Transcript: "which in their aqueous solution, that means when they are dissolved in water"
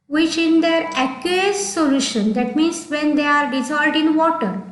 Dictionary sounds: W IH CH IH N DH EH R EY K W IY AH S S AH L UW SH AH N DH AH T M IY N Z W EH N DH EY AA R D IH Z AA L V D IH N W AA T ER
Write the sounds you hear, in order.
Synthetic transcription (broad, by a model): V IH CH IH N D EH R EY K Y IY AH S S AH L UW SH AH N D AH T M IY N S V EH N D EY AA R D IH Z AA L D IH N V AA T ER